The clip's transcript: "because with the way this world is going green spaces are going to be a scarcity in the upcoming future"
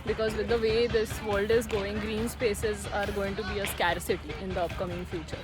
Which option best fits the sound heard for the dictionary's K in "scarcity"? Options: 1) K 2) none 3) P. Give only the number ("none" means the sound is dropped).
1